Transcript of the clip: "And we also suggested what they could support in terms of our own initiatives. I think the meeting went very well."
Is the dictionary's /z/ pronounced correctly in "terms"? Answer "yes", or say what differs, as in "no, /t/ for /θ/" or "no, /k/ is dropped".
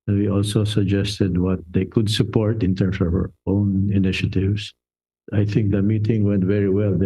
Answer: no, /s/ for /z/